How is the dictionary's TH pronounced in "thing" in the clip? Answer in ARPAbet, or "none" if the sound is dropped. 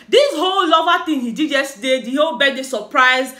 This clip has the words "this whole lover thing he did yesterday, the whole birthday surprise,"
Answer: T